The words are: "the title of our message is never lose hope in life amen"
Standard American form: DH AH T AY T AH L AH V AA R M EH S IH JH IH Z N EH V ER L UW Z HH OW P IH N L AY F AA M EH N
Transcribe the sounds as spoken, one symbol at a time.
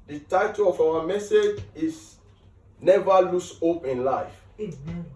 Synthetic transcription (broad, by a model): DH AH T AY T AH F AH W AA M EH S IH JH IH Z N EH V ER L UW S HH OW P IH N L AY F